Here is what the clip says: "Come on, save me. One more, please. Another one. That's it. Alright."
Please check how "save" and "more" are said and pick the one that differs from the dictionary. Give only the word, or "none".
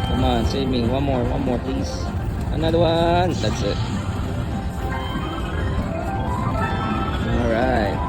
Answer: save